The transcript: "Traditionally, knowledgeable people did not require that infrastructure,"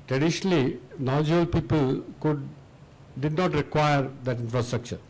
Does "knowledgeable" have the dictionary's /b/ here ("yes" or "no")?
no